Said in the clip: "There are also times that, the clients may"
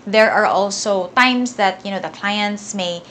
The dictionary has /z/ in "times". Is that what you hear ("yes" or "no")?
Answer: no